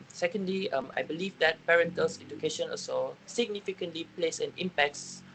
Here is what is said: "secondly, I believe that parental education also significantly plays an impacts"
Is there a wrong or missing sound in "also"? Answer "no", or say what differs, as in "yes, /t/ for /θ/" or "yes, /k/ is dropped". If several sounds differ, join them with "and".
yes, /l/ is dropped